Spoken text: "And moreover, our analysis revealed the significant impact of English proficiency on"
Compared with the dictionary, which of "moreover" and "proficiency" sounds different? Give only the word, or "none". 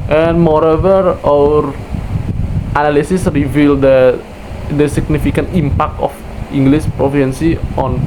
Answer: proficiency